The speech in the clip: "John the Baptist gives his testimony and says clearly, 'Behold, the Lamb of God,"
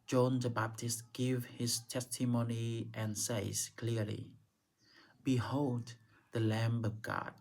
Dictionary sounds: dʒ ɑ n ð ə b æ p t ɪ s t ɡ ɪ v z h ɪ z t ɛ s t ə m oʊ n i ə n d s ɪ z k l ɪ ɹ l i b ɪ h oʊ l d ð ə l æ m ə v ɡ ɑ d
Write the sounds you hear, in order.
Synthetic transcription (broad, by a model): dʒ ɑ n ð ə b æ p t ɪ s t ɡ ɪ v h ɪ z t ɛ s t ə m oʊ n i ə n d s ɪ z k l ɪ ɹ l i b ɪ h oʊ l d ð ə l æ m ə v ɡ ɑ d